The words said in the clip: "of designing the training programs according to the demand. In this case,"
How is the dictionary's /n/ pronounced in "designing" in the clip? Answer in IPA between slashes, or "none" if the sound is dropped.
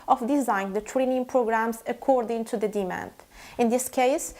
none